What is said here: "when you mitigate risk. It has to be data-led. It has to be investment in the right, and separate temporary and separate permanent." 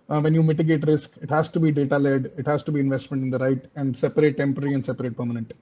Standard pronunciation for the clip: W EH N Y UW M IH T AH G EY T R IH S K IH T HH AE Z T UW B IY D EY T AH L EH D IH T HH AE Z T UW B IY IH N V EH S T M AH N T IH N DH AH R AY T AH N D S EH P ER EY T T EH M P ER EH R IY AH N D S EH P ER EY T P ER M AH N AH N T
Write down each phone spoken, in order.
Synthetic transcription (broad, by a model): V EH N Y UW M IH T AH G EY T R IH S K IH T HH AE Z T UW B IY D EY T AH L EH D IH T HH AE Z T UW B IY IH N V EH S T M AH N T IH N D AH R AY T AH N D S EH P ER EY T T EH M P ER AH R IY AH N D S EH P ER EY T P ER M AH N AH N T